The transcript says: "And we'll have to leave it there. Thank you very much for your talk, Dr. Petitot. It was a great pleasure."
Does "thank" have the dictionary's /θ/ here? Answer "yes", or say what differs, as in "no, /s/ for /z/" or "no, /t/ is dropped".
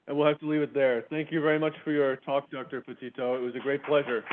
yes